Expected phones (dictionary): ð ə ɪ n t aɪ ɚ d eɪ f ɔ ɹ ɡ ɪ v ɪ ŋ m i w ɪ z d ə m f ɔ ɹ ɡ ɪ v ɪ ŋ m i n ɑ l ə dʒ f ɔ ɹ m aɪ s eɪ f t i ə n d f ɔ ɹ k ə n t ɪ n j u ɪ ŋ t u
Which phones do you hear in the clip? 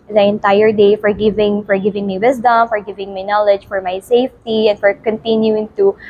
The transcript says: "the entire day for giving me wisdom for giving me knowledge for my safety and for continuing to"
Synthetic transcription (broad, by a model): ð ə ɪ n t aɪ ɚ d eɪ f ɔ ɹ ɡ ɪ v ɪ ŋ m i w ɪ s d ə m f ɔ ɹ ɡ ɪ v ɪ ŋ m i n ɑ l ə dʒ f ɔ ɹ m aɪ s eɪ f t i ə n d f ɔ ɹ k ə n t ɪ n j u ɪ ŋ t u